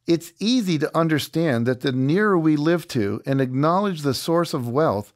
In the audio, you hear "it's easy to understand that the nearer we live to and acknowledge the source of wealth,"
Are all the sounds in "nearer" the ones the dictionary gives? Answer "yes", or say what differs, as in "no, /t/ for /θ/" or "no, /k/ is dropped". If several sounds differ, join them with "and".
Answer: yes